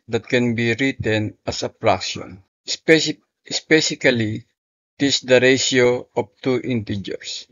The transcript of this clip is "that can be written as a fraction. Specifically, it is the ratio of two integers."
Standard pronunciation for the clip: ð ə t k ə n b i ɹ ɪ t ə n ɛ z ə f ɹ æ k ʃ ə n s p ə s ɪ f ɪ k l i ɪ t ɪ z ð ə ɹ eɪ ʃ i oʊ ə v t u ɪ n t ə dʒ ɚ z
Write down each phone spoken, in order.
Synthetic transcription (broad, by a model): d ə t k ə n b i ɹ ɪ t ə n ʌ s ə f ɹ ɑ k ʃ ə n s p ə s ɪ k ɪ l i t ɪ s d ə ɹ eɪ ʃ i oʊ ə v t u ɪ n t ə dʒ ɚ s